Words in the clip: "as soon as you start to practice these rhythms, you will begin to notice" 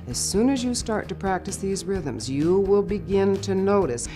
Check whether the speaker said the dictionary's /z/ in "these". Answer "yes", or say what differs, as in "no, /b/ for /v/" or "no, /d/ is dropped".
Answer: yes